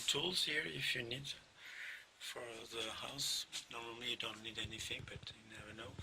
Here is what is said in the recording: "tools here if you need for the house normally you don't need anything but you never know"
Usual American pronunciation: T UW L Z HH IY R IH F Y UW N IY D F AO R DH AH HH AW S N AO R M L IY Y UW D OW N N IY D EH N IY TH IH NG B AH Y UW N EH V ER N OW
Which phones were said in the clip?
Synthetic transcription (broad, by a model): T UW L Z HH IY R IH F Y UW N IY D F AO R DH AH HH AW S N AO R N L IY Y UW D OW N N IY D EH N IY TH IH NG B AH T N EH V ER N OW